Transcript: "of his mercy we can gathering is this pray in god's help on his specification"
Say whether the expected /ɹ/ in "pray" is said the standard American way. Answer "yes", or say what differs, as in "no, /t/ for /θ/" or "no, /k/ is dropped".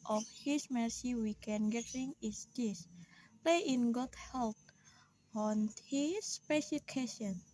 no, /l/ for /ɹ/